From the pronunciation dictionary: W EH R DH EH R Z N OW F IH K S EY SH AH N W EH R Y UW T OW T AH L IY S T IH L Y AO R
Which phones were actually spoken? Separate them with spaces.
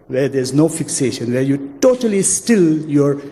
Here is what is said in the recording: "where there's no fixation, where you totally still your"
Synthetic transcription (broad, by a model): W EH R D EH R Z N OW F IH K S EY SH AH N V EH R Y UW T OW T AH L IY S T IH L Y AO R